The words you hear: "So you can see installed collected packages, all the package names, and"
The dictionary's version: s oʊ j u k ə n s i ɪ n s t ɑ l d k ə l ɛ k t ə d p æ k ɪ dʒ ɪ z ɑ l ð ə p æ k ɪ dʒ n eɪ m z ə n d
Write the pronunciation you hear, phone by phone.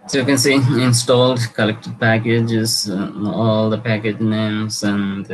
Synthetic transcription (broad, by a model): s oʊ j u k ə n s i ɪ n s t ɑ l d k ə l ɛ k t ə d p æ k ɪ dʒ ɪ z ɑ l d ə p æ k ɪ dʒ n eɪ m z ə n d